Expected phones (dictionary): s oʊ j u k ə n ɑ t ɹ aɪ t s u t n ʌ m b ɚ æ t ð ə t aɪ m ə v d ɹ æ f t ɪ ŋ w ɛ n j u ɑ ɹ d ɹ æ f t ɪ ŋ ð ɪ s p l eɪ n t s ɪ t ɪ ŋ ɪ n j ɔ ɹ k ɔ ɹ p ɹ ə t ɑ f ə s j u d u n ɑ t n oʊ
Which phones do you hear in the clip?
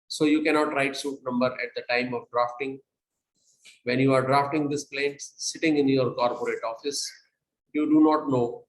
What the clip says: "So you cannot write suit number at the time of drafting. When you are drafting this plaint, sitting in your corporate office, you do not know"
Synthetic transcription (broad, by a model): s oʊ j u k ə n ɑ t ɹ aɪ t s u t n ʌ m b ɚ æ t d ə t aɪ m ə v d ɹ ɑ f t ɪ ŋ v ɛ n j u ɑ ɹ d ɹ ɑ f t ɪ ŋ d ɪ s p l eɪ n t s ɪ t ɪ ŋ ɪ n j ɔ ɹ k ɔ ɹ p ɹ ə t ɑ f ə s j u d u n ɑ t n oʊ